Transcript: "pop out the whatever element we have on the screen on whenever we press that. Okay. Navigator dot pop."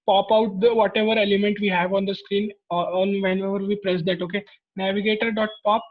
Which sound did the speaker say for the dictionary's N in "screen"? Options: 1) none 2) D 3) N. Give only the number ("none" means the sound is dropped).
3